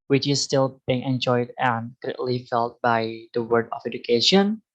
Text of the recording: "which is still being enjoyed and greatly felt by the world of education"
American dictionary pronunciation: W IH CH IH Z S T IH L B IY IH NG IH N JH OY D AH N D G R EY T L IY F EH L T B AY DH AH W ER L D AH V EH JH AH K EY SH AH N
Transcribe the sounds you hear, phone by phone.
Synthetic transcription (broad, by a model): W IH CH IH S T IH L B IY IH NG IH N JH OY D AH N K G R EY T L IY F EH L T B AY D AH W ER D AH F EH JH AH K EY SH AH N